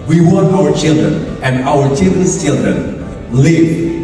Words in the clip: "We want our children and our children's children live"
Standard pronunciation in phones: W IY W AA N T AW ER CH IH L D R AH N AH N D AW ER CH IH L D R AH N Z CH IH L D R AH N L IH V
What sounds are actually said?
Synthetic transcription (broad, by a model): W IY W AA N AW ER CH IH L D R AH N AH N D AW ER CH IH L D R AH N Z CH IH L D R AH N L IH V